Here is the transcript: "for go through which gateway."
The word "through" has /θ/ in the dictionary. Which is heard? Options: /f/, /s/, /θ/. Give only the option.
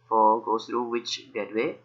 /s/